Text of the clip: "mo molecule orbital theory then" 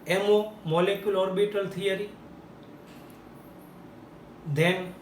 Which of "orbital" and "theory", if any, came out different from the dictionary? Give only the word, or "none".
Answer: theory